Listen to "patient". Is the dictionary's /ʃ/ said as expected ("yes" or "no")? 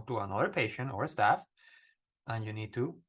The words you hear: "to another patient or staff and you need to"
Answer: yes